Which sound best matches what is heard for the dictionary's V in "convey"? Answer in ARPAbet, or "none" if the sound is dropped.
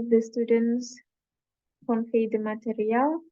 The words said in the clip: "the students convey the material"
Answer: F